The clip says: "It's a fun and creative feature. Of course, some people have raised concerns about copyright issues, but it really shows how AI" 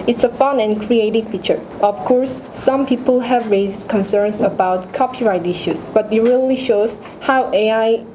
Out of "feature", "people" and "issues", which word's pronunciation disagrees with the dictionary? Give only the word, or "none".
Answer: issues